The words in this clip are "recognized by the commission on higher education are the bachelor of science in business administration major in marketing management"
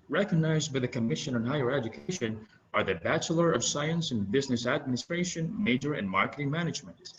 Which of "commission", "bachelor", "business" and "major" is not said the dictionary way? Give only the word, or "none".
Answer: none